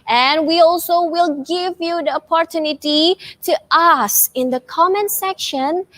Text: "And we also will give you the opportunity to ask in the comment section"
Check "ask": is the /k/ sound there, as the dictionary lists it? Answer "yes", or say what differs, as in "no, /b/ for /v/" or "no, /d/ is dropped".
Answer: no, /k/ is dropped